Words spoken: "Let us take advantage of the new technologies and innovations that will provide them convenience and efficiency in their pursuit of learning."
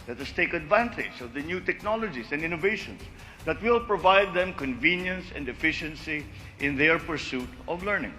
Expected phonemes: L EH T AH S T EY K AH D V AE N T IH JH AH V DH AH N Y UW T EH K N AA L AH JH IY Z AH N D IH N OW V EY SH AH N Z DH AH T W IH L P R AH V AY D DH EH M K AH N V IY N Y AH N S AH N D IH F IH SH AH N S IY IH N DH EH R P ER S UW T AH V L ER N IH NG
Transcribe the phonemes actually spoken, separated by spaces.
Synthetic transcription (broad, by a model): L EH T AH S T EY K AH D V AE N T IH JH AH V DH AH N Y UW T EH K N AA L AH JH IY S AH N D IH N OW V EY SH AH N S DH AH T W IH L P R AH V AY D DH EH M K AH N V IY N Y AH N S AH N D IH F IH SH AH N S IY IH N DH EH R P ER S UW T AH V L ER N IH NG